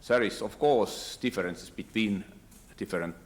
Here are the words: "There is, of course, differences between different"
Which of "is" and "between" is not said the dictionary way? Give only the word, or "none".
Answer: is